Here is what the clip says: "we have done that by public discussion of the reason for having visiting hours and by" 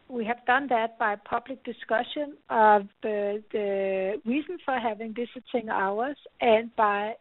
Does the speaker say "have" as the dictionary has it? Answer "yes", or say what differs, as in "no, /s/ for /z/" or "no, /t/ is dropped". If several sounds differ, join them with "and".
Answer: yes